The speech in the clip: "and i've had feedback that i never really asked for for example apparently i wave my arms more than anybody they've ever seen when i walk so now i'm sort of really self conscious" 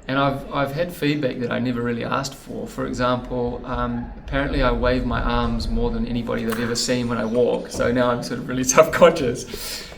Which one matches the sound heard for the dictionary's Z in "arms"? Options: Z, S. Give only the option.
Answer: Z